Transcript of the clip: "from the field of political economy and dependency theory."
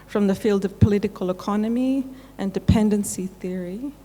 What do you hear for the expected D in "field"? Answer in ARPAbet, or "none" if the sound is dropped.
D